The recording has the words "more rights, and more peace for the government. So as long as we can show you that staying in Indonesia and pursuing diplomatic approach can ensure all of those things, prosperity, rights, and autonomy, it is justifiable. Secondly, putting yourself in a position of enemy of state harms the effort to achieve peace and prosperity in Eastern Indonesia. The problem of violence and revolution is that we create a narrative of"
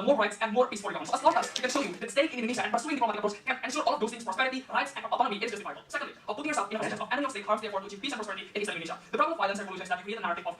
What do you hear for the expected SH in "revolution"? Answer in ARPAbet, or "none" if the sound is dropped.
S